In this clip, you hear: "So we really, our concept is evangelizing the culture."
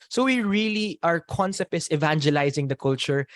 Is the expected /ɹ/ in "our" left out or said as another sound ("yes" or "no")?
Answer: no